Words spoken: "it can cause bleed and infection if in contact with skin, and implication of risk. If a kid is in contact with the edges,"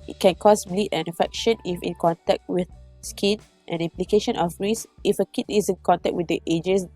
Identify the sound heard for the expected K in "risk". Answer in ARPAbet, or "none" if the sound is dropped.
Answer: none